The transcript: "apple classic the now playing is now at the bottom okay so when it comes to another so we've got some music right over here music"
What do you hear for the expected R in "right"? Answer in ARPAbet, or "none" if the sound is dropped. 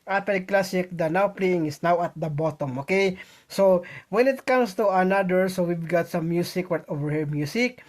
W